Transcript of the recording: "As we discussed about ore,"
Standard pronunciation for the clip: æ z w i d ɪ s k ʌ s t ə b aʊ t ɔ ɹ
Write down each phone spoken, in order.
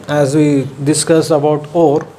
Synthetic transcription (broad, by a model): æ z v i d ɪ s k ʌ s ə b aʊ t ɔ ɹ